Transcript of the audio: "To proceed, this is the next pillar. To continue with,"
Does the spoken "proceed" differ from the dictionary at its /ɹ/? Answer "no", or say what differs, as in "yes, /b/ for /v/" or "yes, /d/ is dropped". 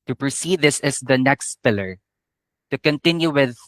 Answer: no